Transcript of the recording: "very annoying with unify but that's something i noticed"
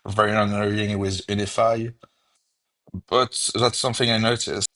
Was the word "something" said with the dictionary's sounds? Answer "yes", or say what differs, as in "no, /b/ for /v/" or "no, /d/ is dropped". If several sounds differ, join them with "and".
yes